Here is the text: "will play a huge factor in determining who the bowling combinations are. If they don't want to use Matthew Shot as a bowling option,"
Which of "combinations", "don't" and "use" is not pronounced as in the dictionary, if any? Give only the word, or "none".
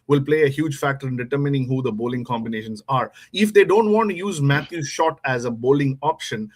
none